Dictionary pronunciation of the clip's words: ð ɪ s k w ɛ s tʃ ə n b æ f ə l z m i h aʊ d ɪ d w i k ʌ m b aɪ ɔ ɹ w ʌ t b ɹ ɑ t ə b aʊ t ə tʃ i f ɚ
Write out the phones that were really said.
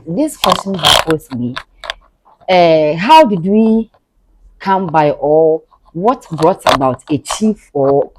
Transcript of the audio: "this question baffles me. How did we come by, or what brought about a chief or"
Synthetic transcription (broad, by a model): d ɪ s k w ɛ s tʃ ə n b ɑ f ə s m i h aʊ d ɪ d w i k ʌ m b aɪ ɔ l w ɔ t b ɹ ɑ t ə b aʊ t ə tʃ i f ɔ